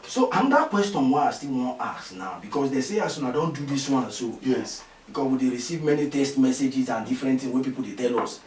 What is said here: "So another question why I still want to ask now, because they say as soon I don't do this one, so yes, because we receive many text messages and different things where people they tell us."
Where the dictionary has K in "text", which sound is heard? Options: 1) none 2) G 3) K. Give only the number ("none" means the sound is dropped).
1